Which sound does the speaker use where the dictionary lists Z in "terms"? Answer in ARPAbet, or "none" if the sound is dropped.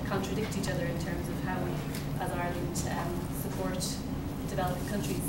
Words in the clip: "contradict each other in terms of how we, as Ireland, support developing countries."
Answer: Z